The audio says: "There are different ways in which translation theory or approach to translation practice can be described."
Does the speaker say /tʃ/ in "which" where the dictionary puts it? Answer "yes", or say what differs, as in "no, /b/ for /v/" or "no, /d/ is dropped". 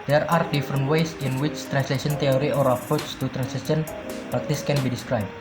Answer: yes